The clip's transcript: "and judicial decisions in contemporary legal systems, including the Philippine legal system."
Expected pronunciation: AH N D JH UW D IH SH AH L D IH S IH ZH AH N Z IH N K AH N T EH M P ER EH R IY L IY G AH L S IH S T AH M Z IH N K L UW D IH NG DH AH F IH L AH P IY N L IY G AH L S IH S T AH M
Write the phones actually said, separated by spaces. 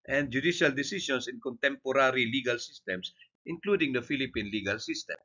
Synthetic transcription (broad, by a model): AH N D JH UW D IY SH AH L D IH S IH S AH N S IH N K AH N T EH M P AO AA R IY L IY G AH L S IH S T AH M S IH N K L UW D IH NG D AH F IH L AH P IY N L IY G AH L S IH S T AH M